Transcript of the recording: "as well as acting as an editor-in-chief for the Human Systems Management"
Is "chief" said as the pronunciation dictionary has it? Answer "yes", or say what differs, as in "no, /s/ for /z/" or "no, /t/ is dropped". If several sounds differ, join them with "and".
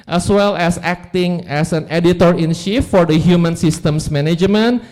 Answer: no, /ʃ/ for /tʃ/